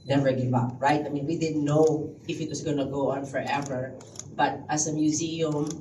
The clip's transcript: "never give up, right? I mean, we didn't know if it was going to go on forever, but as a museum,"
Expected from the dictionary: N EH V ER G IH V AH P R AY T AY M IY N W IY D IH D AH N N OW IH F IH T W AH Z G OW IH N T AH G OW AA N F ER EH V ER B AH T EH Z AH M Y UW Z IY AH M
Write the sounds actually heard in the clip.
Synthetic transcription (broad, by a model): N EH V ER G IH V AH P R AY T AY M IY N W IY D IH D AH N N OW IH F IH T W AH S G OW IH N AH G OW AA N F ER EH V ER B AH T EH S AH M Y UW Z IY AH M